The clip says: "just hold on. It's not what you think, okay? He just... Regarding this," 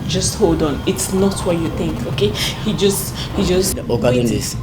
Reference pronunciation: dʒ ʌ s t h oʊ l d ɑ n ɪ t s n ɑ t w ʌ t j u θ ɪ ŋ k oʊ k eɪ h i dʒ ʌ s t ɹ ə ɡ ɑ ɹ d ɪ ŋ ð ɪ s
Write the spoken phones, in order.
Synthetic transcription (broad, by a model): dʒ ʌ s t h oʊ l d ɑ n ɪ t s n ɑ t w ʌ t j u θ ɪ ŋ k oʊ k eɪ h i dʒ ʌ s t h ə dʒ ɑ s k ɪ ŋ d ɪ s